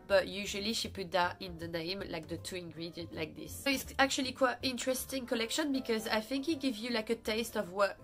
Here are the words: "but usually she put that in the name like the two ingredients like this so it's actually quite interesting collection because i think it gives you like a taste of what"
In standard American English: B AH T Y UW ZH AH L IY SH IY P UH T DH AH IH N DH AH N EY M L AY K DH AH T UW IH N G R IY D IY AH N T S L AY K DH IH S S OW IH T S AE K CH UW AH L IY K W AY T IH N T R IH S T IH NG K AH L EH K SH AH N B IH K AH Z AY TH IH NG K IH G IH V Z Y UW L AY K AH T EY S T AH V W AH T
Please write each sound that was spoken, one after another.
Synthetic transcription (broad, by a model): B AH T Y UW ZH AH L IY SH IY P UH T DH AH IH N DH AH N EY M L AY K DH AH T UW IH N G R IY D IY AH N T L AY K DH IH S S OW IH T S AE K CH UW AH L IY K W AY T IH N T R IH S T IH NG K AH L EH K SH AH N B IH K AH Z AY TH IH NG K IH G IH V Z Y UW L AY K AH T EY S T AH V W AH T